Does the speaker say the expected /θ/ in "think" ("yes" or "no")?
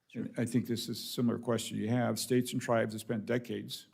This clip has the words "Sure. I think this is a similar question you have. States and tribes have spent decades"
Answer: yes